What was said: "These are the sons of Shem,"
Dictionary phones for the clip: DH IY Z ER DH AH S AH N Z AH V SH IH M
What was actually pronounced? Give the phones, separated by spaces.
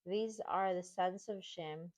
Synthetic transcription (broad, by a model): DH IY Z ER DH AH S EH N S AH V SH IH M